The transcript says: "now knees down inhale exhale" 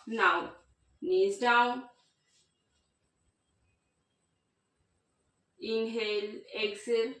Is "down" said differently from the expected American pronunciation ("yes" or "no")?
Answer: yes